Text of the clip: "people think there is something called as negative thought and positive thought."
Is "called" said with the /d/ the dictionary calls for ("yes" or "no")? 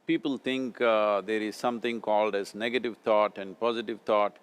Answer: yes